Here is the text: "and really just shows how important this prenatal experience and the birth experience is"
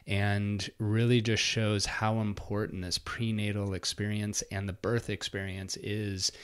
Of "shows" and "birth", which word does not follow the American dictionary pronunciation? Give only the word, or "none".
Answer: none